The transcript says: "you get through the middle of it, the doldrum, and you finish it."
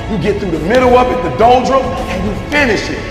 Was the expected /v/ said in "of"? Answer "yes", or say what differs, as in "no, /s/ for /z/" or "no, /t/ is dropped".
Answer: no, /p/ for /v/